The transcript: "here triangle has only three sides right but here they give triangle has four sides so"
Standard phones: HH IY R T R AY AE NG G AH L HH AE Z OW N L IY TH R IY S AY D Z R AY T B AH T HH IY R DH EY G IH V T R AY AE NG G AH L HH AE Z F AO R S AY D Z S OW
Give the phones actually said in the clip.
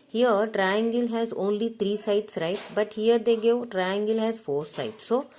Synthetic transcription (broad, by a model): HH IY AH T R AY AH NG G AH L HH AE Z OW N L IY T R IY S AY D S R AY T B AH T HH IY R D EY G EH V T R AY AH NG G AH L HH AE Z F AO R S AY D S OW